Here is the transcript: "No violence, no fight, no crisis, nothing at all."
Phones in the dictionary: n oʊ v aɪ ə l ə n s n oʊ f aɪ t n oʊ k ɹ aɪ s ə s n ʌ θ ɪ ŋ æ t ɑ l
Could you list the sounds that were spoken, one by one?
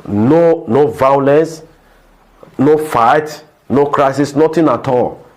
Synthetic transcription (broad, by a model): n oʊ v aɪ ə l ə n s n oʊ f aɪ t n oʊ k ɹ aɪ s ə s n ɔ t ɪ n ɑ t ɑ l